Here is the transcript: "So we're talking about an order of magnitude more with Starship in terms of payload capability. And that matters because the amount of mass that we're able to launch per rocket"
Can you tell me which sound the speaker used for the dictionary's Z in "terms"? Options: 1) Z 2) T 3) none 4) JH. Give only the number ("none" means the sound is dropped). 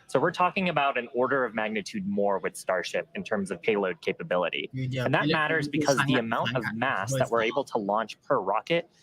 1